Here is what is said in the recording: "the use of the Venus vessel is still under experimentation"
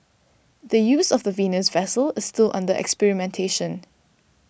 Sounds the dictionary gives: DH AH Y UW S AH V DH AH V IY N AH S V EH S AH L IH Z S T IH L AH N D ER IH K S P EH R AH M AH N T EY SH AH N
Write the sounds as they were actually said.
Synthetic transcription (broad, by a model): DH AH Y UW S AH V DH AH V IY N AH S V EH S AH L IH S T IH L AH N D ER IH K S P EH R AH M AH N T EY SH AH N